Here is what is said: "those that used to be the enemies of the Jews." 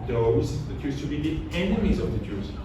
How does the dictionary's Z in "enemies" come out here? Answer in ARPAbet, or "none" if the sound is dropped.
Z